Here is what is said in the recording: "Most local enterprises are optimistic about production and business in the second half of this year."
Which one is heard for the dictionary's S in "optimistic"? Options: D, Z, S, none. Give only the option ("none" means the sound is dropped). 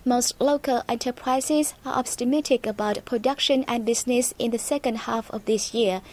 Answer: none